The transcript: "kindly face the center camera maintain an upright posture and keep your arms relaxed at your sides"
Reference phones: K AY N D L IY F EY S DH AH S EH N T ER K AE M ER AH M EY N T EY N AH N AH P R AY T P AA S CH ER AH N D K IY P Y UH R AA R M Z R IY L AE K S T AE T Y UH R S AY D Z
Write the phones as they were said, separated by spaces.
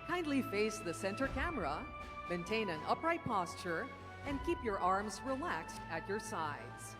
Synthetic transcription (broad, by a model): K AY N D L IY F EY S DH AH S EH N T ER K AE M ER AH M EY N T EY N AH N AH P R AY T P AA S CH ER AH N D K IY P Y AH R AA R M Z R IY L AE K S T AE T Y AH R S AY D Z